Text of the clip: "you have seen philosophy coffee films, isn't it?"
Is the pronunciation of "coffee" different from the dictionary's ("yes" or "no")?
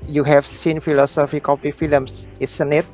yes